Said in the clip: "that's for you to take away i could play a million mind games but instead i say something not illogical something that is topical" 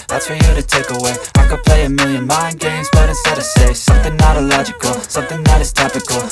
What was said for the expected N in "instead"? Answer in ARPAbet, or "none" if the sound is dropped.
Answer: none